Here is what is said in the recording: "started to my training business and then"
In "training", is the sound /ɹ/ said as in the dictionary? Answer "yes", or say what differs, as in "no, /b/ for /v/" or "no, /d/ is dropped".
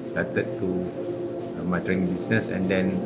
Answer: no, /ɹ/ is dropped